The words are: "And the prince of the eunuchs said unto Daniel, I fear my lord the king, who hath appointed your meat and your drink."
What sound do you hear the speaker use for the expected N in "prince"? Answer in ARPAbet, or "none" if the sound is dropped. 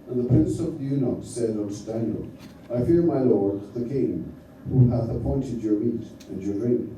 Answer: N